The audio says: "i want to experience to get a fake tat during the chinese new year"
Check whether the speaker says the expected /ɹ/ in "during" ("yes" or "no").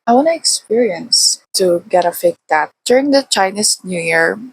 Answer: yes